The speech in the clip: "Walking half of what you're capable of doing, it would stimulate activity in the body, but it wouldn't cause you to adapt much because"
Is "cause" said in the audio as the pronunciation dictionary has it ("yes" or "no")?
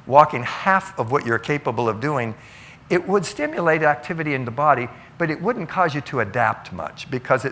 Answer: yes